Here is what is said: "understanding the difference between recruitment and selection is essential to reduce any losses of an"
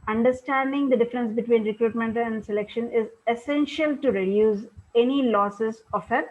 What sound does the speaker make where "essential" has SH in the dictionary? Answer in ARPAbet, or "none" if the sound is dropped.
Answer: SH